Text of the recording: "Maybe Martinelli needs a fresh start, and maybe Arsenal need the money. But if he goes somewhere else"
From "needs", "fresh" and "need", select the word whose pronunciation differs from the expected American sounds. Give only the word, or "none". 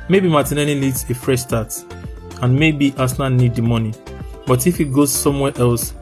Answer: needs